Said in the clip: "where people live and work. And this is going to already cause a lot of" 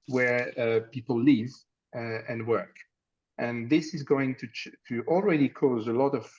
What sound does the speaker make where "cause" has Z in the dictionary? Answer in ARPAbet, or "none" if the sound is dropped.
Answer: Z